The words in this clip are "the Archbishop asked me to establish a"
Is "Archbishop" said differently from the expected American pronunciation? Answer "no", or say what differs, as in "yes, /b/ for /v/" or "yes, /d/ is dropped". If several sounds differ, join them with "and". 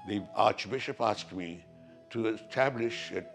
no